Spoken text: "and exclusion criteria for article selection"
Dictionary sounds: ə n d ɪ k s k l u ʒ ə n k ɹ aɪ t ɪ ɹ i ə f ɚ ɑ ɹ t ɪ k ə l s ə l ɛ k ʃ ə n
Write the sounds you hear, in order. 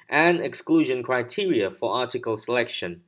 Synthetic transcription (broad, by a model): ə n ɪ k s k l u ʒ ə n k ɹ aɪ t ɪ ɹ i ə f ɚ ɑ t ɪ k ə l s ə l ɛ k ʃ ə n